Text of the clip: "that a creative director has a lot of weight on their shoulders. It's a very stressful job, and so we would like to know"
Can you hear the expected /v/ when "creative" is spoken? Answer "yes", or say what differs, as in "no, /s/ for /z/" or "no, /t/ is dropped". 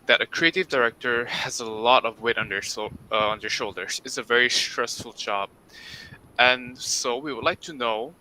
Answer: yes